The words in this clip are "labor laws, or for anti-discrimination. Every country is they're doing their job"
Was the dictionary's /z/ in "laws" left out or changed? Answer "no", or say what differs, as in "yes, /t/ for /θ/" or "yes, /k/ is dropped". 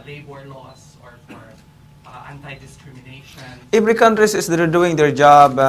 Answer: yes, /s/ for /z/